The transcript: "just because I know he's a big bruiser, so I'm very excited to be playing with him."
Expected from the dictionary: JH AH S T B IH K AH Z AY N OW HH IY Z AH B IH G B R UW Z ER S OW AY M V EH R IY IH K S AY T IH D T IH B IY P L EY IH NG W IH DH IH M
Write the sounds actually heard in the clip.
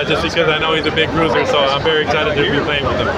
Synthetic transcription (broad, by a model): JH AH S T B IH K AH Z AY N OW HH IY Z AH B IH G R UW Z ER S OW AY M V EH R IY IH K S AY T IH D T IH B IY P L EY IH NG W IH DH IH M